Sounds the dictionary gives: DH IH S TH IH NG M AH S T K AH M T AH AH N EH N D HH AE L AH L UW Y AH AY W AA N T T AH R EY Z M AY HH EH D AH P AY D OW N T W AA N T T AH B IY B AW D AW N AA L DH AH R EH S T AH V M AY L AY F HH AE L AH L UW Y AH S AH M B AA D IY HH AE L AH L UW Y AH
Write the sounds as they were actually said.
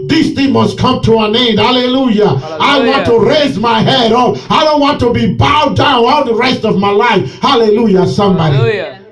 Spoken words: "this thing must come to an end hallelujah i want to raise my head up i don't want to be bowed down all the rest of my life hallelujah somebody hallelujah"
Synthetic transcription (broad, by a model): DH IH S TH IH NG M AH S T K AH M T AH AH N EH N D HH AE L AH L UW Y AH AY W AA N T T AH R EY Z M AY HH EH D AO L AY D OW N T W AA N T T AH B IY B AW D AW N AA L DH AH R EH S T AH V M AY L AY F HH AE L AH L UW Y AH S AH M B AA D IY